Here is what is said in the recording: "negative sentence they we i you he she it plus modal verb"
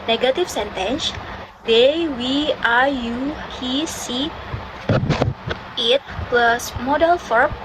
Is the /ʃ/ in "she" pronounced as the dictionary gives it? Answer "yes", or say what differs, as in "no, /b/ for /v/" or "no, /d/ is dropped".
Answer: no, /s/ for /ʃ/